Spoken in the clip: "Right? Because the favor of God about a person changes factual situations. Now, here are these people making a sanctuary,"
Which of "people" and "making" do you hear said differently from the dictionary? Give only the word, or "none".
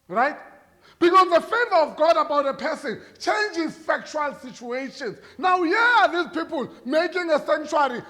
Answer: none